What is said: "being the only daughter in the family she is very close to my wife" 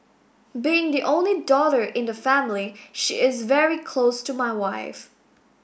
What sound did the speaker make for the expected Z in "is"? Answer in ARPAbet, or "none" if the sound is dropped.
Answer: Z